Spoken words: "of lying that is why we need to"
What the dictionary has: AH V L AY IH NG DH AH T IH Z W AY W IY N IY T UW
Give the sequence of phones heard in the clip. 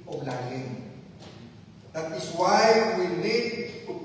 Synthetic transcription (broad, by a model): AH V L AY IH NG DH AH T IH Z W AY W IY L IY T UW